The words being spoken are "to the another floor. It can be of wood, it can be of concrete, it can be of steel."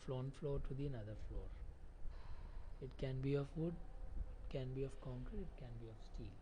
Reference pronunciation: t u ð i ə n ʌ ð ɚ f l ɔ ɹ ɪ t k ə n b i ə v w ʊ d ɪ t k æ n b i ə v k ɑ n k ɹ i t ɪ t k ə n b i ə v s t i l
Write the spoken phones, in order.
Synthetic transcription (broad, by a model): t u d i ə n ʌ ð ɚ f l ɔ ɹ ɪ t k ə n b i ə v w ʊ d ɪ t k æ n b i ə v k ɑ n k i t ɪ t k ə n b i ə v s t i l